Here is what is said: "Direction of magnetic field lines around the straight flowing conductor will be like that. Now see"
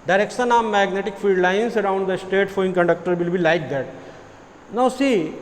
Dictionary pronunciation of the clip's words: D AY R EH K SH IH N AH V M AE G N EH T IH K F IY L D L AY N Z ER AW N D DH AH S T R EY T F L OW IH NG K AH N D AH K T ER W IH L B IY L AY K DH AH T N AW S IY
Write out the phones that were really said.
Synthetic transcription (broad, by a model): D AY R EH K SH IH N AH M M AE G N EH T IH K F IY L D L AY N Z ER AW N D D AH S T EY T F OW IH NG K AH N D AH K T ER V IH L B IY L AY K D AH T N AW S IY